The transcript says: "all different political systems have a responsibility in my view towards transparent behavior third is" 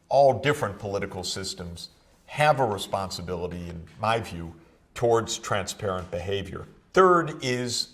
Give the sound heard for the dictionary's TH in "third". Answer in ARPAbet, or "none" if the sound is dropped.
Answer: TH